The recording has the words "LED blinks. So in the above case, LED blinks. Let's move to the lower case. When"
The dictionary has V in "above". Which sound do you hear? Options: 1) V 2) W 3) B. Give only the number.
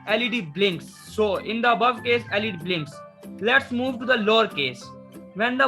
1